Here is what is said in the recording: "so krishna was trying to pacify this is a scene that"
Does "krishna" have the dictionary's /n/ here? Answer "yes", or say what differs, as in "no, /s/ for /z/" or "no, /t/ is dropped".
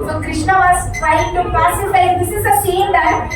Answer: yes